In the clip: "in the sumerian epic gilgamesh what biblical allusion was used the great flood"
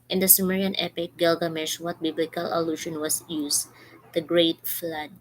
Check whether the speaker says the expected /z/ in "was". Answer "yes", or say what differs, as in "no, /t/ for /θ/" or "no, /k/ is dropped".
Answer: no, /s/ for /z/